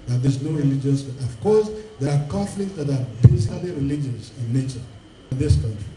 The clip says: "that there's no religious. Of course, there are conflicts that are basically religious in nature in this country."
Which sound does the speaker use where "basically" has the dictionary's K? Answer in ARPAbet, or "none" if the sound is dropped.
none